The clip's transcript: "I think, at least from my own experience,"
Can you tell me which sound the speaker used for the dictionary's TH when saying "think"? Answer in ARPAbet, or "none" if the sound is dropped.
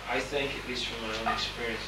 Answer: TH